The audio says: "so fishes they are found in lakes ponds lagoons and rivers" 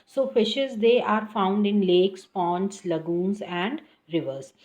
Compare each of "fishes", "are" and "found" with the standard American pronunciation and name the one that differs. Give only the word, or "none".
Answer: none